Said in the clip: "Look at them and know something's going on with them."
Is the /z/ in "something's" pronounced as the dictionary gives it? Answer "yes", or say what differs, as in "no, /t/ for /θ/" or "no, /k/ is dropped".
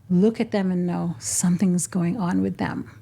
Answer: yes